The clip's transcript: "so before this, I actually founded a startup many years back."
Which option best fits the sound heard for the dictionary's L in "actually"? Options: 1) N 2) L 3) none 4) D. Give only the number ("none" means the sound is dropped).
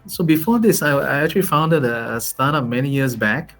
2